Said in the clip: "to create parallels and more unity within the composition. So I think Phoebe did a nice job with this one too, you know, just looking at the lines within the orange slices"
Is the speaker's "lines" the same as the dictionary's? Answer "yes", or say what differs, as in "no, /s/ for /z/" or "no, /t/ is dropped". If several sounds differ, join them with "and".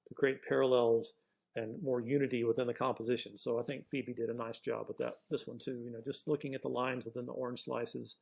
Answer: yes